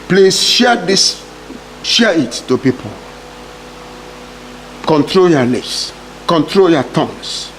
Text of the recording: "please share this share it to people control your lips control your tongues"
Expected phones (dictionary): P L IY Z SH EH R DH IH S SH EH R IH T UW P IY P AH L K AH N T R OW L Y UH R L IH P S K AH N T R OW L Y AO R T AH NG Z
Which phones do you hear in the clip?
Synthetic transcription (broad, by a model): P L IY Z SH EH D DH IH S SH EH IH T UW P IY P AH L K AH N T R OW L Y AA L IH S K AH N T R OW L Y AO T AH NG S